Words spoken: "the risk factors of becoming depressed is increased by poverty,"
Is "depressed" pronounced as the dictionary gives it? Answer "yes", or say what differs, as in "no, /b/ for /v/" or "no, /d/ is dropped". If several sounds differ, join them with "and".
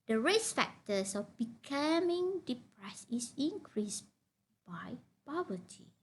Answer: no, /t/ is dropped